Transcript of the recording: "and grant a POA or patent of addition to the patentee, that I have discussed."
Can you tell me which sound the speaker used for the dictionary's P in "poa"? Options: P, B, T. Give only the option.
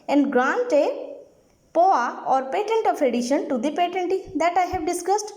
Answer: P